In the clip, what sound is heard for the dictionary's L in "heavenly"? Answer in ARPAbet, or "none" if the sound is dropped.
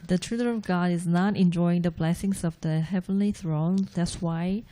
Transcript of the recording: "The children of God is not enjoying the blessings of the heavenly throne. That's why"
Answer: L